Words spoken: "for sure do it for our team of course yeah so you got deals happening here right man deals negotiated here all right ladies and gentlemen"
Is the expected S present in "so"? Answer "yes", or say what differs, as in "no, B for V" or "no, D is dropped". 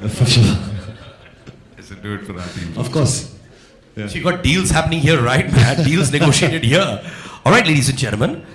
no, SH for S